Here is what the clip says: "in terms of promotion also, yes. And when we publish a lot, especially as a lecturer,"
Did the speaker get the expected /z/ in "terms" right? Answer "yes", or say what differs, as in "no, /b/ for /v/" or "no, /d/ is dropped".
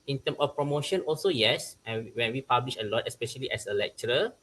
no, /z/ is dropped